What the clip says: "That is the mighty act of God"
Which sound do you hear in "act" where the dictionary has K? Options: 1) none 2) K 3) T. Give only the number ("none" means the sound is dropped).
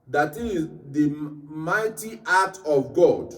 1